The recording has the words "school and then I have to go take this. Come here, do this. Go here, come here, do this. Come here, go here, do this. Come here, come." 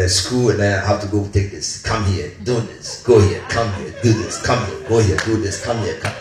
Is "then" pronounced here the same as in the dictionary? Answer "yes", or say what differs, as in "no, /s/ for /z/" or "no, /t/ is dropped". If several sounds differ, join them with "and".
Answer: no, /n/ is dropped